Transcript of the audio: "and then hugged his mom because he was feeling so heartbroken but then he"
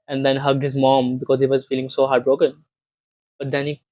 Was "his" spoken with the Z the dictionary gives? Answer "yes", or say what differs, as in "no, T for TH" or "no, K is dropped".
yes